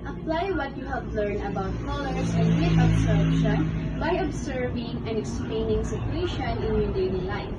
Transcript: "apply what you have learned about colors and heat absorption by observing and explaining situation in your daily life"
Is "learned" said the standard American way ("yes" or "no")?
no